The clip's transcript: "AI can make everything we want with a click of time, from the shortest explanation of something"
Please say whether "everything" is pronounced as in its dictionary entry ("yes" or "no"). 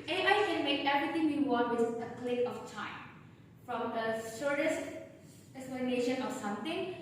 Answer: no